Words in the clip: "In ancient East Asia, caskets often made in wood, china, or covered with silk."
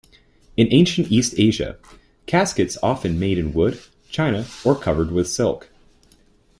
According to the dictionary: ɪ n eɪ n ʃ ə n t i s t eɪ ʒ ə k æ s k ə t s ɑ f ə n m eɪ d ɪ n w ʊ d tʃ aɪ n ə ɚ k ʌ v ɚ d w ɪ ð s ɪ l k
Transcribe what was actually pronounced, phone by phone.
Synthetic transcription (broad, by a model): ɪ n eɪ n ʃ ə n t i s t eɪ ʒ ə k æ s k ə t s ɑ f ə n m eɪ d ɪ n w ʊ d tʃ aɪ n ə ɚ k ʌ v ɚ d w ɪ ð s ɪ l k